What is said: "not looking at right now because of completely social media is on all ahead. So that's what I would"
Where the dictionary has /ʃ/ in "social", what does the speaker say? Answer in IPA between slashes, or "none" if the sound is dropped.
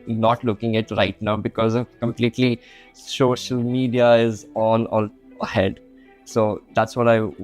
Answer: /ʃ/